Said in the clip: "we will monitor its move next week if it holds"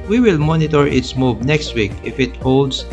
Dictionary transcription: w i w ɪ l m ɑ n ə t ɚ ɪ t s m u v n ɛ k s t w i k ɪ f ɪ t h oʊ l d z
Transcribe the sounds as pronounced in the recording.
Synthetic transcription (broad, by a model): w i w ɪ l m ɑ n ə t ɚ ɪ t s m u b n ɛ k s t w i k ɪ f ɪ t h oʊ l d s